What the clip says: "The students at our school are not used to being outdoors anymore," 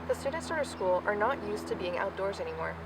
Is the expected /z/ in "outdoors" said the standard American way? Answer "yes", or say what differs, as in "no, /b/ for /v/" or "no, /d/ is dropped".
yes